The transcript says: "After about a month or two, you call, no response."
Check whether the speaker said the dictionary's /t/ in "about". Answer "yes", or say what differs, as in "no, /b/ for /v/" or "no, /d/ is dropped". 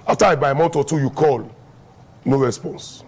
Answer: no, /t/ is dropped